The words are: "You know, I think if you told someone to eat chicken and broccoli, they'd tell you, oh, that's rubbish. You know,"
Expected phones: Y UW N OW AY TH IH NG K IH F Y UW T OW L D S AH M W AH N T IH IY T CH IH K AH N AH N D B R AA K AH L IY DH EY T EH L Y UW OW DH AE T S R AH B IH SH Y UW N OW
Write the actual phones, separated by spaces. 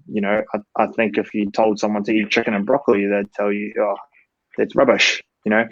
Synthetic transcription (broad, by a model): Y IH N OW AY TH IH NG K IH F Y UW T OW L D S AH M W AH N T IH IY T CH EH K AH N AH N B R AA K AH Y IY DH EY T EH L Y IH OW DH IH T S R AH B IH SH Y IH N OW